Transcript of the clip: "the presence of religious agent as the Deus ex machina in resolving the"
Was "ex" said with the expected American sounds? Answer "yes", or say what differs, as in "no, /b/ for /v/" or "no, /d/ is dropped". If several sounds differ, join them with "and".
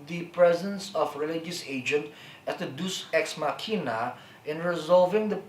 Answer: yes